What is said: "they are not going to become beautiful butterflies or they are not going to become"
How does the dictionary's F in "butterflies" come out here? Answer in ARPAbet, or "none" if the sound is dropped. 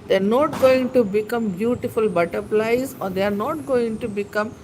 P